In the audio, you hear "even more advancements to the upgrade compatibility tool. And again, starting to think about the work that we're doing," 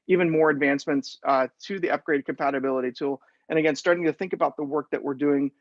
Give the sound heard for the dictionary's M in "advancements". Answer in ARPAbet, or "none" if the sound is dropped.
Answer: M